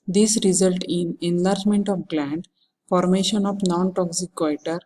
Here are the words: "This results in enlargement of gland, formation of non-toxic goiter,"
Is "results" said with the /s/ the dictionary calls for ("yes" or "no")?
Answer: no